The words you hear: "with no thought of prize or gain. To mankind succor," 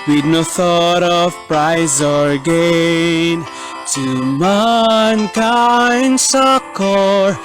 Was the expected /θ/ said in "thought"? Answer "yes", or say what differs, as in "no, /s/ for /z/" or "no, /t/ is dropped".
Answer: yes